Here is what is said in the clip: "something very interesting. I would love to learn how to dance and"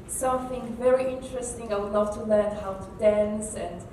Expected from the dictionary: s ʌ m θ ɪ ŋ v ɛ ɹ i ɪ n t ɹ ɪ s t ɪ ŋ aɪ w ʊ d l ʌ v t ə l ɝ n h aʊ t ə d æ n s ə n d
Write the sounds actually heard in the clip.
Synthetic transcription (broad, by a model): s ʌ m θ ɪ ŋ v ɛ ɹ i ɪ n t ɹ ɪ s t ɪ ŋ aɪ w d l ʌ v t ə l ɝ n h aʊ t ə d æ n s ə n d